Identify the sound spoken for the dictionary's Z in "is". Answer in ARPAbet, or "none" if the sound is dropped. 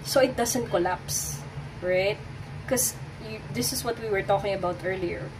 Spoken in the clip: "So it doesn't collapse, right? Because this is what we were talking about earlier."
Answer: S